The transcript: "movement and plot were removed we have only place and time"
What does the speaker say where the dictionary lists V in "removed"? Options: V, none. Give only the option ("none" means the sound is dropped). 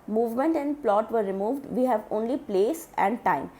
V